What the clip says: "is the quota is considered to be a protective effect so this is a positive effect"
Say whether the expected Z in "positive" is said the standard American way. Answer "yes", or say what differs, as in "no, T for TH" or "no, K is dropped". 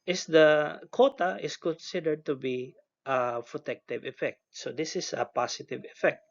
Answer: no, S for Z